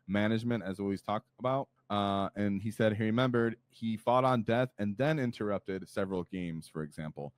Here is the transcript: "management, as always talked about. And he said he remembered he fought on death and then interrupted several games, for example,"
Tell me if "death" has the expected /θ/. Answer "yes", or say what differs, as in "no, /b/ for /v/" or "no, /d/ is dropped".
yes